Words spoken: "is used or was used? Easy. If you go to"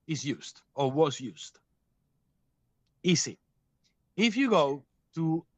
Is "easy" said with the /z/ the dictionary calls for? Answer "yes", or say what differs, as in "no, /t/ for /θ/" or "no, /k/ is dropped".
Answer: no, /s/ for /z/